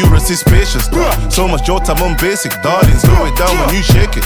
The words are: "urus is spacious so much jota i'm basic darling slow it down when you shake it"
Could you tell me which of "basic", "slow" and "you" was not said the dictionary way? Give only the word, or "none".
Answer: slow